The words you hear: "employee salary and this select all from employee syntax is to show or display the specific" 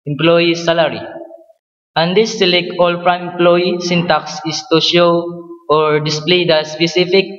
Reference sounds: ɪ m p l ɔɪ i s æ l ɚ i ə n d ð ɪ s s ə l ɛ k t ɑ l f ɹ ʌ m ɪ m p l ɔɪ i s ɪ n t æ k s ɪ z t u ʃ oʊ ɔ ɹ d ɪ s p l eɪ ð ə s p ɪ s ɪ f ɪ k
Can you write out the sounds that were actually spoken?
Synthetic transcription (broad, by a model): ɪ m p l ɔɪ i s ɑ l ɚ i ə n d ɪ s s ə l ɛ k ɑ l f ɹ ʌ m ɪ m p l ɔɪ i s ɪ n t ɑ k s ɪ s t u ʃ oʊ ɔ ɹ d ɪ s p l eɪ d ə s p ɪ s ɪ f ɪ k